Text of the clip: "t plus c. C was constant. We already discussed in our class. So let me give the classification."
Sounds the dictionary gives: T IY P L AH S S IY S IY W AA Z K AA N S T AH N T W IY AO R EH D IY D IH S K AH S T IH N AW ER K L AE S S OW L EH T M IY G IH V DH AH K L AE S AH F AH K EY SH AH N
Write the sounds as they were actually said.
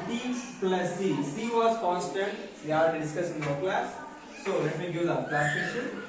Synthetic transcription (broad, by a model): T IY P L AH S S IY S IY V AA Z K AA N S T AH N T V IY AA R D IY D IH S K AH S IH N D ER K L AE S S OW L EH T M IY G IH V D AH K L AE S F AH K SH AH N